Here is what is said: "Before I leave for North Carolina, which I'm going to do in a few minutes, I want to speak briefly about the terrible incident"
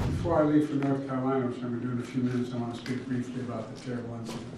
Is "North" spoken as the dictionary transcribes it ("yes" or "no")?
yes